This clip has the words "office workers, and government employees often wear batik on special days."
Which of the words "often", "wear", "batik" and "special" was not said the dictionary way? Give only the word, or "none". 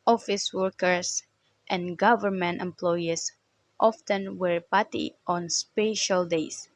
batik